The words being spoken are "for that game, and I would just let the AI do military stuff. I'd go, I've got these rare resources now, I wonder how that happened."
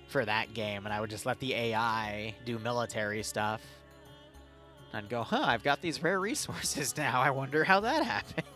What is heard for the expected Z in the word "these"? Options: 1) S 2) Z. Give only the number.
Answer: 2